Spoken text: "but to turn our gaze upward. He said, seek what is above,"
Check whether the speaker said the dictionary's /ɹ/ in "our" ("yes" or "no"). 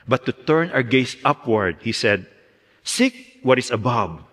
no